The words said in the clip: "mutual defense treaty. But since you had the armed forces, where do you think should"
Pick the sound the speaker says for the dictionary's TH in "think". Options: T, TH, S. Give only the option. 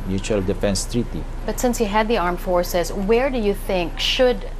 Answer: TH